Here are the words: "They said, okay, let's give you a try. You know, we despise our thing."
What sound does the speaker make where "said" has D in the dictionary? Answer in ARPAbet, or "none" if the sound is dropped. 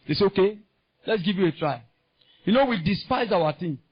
none